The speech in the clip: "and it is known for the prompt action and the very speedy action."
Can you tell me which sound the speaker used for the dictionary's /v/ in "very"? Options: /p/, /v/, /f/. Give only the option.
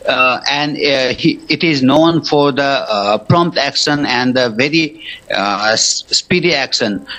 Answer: /v/